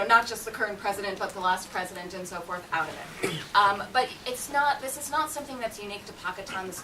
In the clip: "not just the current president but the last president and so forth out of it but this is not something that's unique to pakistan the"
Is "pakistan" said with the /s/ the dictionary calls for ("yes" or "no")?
no